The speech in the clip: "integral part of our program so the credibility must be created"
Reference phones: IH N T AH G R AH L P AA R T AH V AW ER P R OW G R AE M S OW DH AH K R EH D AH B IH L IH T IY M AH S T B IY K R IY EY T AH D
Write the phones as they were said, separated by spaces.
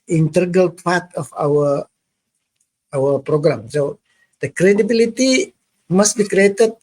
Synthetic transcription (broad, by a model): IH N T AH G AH L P AA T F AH W AW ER P R OW G R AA M S OW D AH K R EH D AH B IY L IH T IY M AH S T B IY K R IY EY T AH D